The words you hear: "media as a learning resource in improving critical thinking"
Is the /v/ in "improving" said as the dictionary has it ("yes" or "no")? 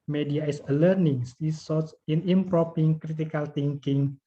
no